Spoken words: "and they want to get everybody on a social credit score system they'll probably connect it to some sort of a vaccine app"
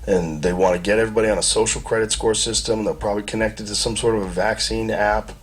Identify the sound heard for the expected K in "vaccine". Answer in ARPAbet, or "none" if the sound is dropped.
K